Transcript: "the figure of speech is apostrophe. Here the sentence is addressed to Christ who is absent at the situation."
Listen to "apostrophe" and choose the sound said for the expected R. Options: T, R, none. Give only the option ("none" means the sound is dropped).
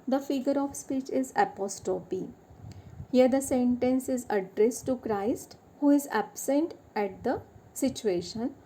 none